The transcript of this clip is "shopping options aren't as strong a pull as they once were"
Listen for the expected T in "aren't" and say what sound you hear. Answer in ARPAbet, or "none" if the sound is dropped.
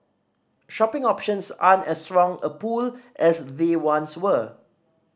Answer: none